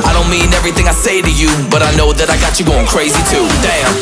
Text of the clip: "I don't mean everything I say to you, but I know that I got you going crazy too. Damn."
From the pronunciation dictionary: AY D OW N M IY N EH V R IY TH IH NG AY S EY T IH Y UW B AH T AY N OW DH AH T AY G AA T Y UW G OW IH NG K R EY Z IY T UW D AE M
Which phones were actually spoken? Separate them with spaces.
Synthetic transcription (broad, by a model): AY D OW N M IY N EH V R IY TH IH NG AY S EY T IH Y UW B AH T AY N OW DH AH T AY G AA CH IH G OW IH NG K R EY Z IY T UW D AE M